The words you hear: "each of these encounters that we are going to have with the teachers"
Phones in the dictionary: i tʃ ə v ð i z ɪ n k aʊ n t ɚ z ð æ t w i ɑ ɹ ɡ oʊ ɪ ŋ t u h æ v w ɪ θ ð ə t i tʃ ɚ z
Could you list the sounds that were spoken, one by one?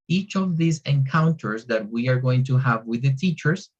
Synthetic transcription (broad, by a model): i tʃ ə v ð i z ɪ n k aʊ n t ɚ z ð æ t w i ɑ ɹ ɡ oʊ ɪ ŋ t u h æ v w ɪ ð ə t i tʃ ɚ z